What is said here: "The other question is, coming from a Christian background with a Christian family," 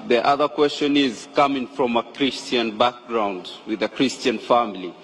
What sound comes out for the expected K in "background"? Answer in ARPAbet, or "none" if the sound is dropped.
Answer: K